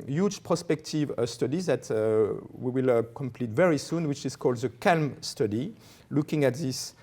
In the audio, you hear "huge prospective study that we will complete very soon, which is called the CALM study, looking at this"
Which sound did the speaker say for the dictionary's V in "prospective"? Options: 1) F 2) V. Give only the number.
2